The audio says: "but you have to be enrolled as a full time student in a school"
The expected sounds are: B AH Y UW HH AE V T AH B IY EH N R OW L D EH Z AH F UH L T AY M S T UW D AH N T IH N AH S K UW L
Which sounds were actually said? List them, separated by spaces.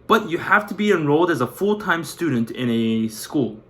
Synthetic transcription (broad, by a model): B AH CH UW HH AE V T AH B IY EH N R OW L D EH Z AH F UH L T AY M S T UW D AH N T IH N AH S K UW L